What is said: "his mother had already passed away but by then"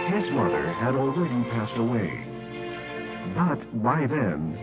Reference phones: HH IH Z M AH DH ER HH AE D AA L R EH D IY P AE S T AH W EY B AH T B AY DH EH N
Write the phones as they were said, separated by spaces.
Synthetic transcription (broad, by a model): HH IH Z M AH DH ER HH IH D L R EH D IY P AE S T AH W EY B AH T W AY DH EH N